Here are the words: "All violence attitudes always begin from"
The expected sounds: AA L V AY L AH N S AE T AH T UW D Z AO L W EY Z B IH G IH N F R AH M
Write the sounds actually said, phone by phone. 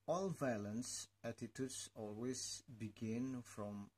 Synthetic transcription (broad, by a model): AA L V AY L AH N S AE T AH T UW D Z AO L W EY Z B IH G IH N F R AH M